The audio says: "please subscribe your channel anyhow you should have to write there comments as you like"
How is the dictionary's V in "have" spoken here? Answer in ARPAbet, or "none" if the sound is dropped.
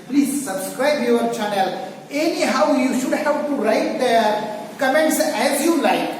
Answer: P